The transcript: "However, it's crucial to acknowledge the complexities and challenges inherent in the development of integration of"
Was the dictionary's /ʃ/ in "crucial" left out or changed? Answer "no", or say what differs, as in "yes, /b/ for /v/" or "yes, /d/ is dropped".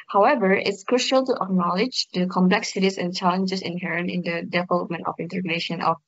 no